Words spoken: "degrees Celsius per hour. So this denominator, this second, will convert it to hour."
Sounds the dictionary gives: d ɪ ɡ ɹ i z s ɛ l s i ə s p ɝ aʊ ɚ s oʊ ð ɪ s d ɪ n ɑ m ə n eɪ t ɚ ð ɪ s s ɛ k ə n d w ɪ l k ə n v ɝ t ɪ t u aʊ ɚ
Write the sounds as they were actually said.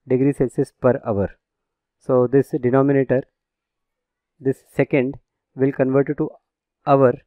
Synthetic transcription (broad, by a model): d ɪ ɡ ɹ i s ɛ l s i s p ɝ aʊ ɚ s oʊ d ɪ s d ɪ n ɑ m ə n eɪ t ɚ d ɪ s s ɛ k ə n d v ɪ l k ə n v ɝ t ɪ t u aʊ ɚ